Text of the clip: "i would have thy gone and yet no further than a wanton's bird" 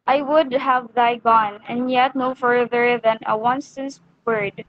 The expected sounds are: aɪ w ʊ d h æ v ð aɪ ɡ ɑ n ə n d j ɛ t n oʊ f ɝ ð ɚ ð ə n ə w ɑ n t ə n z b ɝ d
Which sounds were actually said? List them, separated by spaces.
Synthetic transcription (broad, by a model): aɪ w ʊ d h æ v ð aɪ ɡ ɑ n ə n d j ɛ t n oʊ f ɝ ð ɚ ð ə n ə w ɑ n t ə n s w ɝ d